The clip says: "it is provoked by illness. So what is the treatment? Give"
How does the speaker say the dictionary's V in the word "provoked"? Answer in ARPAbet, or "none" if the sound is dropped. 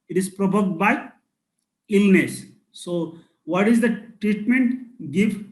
B